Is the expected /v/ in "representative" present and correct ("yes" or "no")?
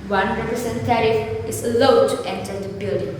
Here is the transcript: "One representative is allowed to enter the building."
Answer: no